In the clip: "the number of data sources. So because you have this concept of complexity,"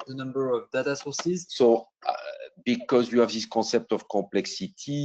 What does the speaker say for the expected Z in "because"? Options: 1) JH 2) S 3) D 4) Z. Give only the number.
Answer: 4